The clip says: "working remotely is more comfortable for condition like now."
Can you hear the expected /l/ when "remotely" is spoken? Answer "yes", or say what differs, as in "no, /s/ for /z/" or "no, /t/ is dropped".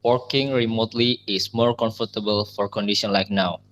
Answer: yes